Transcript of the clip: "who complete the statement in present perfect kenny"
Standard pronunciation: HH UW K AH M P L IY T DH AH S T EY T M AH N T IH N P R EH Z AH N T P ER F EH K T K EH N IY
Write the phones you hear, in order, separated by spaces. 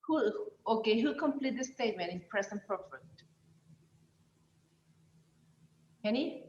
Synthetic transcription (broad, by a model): HH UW K AH M P L IY T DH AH S T EY T M AH N T IH N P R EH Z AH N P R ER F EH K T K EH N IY